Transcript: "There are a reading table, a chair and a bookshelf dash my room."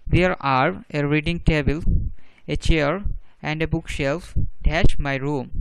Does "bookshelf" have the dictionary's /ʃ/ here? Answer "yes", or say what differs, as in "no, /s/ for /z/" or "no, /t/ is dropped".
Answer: yes